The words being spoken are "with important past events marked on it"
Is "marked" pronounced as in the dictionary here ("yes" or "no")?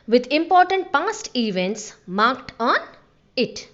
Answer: yes